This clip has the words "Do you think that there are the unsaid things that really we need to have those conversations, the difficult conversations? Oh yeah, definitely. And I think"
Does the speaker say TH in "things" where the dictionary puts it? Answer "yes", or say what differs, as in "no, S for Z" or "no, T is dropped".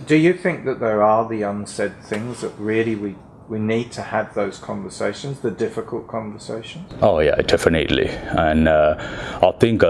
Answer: yes